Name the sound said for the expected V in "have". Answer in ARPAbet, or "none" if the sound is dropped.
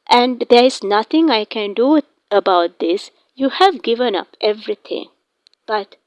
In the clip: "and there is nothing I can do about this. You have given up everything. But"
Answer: V